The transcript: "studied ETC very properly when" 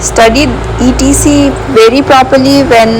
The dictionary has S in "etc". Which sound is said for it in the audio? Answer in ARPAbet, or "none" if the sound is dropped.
none